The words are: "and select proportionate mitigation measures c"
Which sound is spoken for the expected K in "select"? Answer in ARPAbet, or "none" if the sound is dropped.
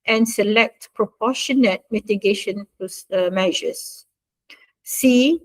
K